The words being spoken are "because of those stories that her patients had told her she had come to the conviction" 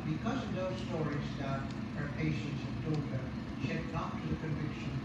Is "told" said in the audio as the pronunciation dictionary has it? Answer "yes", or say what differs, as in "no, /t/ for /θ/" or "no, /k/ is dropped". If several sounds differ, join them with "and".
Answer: no, /l/ is dropped